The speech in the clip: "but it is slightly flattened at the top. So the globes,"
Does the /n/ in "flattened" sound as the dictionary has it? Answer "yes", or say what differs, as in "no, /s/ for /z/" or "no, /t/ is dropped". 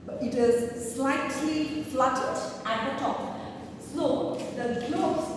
no, /n/ is dropped